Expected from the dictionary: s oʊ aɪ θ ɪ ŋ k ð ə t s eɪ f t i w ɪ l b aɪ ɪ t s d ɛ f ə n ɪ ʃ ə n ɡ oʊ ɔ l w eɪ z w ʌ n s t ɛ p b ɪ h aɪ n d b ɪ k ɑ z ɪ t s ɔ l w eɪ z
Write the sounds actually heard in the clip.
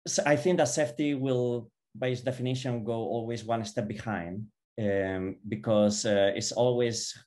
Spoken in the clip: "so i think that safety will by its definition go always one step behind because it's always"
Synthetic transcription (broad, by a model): s aɪ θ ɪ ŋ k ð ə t s eɪ f t i w ɪ l b aɪ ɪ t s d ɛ f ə n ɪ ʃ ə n ɡ oʊ ɔ l w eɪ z w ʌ n s t ɛ p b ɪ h aɪ n d b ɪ k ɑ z ɪ t s ɔ l w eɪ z